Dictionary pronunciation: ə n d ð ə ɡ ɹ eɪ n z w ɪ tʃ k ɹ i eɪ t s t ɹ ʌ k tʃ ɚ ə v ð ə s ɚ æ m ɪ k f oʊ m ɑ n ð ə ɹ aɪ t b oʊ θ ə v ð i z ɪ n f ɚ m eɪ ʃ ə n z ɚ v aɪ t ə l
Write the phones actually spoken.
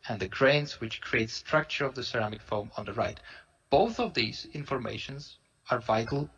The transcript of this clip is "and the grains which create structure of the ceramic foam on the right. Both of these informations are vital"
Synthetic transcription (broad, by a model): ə n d ð ə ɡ ɹ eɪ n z w ɪ tʃ k ɹ i eɪ t s t ɹ ʌ k tʃ ɚ ə v ð ə s ɚ æ m ɪ k f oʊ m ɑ n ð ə ɹ aɪ t b oʊ θ ə v ð i z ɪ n f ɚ m eɪ ʃ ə n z ɚ v aɪ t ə l